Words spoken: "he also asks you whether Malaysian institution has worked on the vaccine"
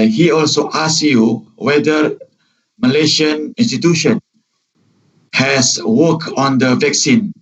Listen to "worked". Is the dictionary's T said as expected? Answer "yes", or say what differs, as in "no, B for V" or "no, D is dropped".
no, T is dropped